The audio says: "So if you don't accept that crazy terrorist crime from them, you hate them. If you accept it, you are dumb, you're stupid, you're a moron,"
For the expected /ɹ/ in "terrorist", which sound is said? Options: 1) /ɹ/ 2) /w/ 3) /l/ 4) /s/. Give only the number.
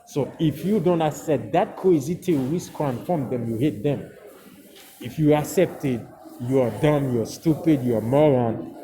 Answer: 3